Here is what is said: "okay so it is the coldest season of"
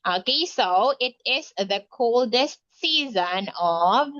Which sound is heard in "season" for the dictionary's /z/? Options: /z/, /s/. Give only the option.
/z/